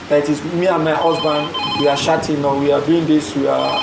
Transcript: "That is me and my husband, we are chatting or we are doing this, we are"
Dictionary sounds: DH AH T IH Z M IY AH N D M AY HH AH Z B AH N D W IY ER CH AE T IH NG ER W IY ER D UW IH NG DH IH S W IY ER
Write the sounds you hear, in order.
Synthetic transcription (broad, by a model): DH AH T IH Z M IY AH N M AY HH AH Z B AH N D W IY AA SH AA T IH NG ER W IY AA D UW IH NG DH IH S W IY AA